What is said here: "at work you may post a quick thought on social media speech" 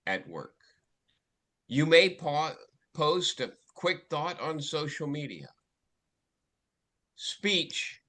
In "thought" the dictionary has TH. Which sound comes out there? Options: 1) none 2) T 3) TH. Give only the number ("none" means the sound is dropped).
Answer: 3